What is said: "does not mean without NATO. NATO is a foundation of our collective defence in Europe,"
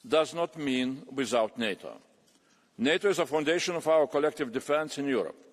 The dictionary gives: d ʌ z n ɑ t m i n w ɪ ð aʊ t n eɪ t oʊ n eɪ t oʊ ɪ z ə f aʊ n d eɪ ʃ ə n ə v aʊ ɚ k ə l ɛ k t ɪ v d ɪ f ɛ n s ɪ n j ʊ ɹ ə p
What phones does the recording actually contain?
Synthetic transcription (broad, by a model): d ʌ z n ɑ t m i n w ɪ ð aʊ t n eɪ t oʊ n eɪ t oʊ ɪ z ə f aʊ n d eɪ ʃ ə n ə v aʊ ɚ k ə l ɛ k t ɪ v d ɪ f ɛ n s ɪ n j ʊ ɹ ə p